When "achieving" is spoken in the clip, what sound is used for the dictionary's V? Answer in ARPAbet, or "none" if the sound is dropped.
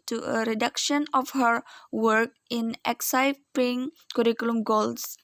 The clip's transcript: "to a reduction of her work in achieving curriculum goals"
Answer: P